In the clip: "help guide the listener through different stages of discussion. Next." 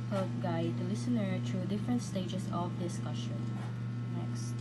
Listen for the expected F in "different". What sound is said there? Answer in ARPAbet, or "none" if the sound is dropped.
F